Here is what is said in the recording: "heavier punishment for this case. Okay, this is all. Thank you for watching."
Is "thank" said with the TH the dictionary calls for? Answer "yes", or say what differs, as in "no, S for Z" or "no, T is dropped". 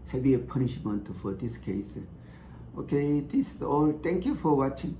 no, T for TH